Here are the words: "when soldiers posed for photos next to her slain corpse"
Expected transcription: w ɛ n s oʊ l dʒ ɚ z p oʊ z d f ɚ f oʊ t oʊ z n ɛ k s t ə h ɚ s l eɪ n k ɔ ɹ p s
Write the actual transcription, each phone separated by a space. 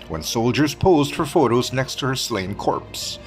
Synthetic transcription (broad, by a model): w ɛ n s oʊ l dʒ ɚ z p oʊ z d f ɚ f oʊ t oʊ z n ɛ k s t ə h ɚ s l eɪ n k ɔ ɹ p s